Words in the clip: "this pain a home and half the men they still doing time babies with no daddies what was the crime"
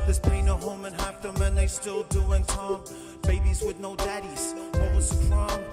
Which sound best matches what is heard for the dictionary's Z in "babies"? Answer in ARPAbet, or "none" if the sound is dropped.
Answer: Z